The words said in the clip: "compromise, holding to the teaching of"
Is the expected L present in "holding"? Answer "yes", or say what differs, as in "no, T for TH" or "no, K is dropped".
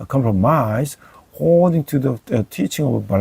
no, L is dropped